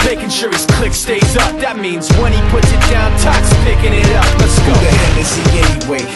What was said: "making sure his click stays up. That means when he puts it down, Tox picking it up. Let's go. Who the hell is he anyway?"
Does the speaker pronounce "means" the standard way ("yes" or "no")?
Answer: yes